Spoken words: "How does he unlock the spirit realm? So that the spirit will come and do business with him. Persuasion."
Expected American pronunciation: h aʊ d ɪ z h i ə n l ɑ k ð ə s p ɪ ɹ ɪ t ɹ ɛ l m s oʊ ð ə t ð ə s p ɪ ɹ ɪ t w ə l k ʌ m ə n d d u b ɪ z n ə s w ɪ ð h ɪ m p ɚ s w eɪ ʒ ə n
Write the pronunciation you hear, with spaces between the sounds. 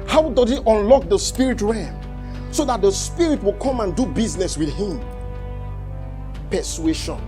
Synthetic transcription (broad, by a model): h aʊ d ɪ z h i ə n l ɑ k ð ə s p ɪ ɹ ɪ t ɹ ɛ m s oʊ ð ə t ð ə s p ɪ ɹ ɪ t w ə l k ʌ m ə n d d u b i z n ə s w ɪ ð h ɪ m p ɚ s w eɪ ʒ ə n